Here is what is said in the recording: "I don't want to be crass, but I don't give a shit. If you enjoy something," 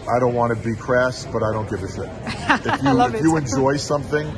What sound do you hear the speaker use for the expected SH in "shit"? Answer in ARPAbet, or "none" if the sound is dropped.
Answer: S